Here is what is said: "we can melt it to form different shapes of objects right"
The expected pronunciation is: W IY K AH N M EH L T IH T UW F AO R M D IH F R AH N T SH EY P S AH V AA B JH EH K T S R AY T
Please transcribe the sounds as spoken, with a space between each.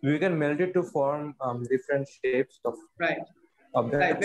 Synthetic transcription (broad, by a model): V IY K AH N M EH L T IH T UW F AO R M D IH F R AH N T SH EY P S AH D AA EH T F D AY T